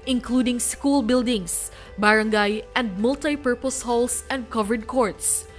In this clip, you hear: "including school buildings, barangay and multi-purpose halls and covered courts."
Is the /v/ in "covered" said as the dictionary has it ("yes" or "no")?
yes